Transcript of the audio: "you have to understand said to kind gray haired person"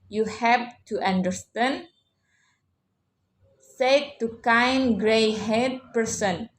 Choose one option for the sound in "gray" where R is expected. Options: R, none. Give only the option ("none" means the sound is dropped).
R